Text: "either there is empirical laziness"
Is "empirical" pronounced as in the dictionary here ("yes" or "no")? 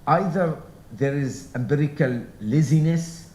no